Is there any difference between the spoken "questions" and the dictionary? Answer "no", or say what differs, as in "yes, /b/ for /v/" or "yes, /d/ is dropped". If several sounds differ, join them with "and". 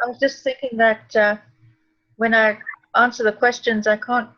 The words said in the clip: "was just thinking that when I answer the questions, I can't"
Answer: no